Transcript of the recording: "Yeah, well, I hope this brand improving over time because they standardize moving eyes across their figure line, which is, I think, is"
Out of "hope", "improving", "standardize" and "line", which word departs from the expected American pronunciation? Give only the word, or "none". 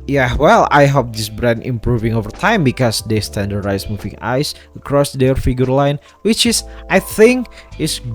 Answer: standardize